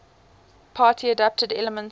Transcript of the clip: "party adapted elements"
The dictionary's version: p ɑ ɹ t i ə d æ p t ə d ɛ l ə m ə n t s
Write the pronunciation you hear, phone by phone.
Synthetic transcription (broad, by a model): p ɑ t i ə d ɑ p t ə d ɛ l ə m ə n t